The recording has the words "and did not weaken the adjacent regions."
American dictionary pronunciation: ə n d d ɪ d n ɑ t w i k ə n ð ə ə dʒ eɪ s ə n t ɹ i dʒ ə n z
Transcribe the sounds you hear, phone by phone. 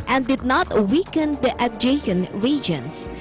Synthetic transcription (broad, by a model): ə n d d ɪ d n ɑ t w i k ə n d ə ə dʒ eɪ ʃ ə n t ɹ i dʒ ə n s